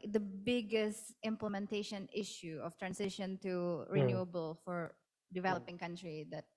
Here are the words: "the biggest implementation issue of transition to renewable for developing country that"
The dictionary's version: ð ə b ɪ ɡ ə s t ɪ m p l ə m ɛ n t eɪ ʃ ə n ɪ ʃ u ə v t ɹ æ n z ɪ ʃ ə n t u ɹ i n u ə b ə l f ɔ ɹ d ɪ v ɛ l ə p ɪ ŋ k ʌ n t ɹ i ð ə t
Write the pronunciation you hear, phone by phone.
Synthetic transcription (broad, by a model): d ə b ɪ ɡ ə s t ɪ m p l ə m ɛ n t eɪ ʃ ə n ɪ ʃ u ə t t ɹ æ n s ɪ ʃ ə n t u ɹ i n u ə b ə l f ɔ ɹ d ɪ v ɛ l ə p ɪ ŋ k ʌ n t ɹ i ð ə t